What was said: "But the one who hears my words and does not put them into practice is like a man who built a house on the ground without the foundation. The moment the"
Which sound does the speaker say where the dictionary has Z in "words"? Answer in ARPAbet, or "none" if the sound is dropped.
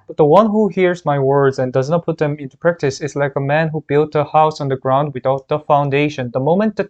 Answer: Z